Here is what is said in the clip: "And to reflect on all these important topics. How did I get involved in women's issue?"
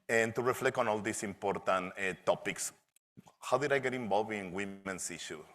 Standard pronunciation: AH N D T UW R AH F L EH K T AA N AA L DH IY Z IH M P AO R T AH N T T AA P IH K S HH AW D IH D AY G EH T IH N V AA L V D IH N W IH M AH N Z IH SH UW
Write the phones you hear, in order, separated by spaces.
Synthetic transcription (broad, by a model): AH N T UW R AH F L EH K T AA N AA L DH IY S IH M P AO R T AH N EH T AA P IH K S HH AW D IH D AY G EH T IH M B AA L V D IH N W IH M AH N S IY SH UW